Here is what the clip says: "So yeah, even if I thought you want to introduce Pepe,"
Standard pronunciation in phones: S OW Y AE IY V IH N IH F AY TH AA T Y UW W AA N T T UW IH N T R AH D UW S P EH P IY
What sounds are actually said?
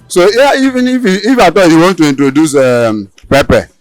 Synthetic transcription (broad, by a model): S OW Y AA IY V IH N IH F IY F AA T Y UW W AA N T T UW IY N T R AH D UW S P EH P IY